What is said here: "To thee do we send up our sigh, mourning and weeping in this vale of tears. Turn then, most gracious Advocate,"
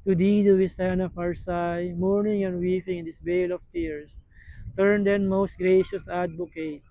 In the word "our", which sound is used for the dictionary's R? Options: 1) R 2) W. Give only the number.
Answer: 1